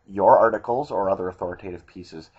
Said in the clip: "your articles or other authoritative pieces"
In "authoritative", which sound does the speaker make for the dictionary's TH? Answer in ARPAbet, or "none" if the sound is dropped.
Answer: TH